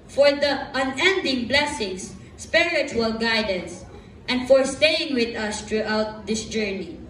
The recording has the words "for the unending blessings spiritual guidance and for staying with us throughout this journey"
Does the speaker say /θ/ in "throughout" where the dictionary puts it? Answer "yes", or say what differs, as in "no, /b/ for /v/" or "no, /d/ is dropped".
no, /t/ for /θ/